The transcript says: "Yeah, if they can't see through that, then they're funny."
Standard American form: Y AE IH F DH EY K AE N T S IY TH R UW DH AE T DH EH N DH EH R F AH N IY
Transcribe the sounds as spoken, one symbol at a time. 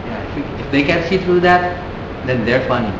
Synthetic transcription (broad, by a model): Y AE IH F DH EY K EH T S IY T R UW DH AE T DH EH N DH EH R F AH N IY